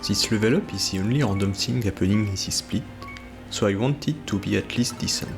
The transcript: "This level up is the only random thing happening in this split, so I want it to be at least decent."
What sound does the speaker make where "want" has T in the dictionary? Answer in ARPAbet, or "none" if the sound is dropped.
T